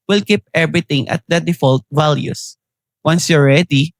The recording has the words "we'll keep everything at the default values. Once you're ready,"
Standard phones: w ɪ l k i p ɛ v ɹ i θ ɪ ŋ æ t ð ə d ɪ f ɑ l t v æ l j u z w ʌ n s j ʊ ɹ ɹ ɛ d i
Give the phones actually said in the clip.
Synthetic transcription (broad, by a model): w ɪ l k i p ɛ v ɹ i t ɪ ŋ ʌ t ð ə d ɪ f ɑ l t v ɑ l j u s w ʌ n s j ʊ ɹ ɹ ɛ d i